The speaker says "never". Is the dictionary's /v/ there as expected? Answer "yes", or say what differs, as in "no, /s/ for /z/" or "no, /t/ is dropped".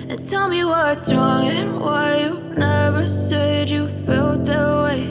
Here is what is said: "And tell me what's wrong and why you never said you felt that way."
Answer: yes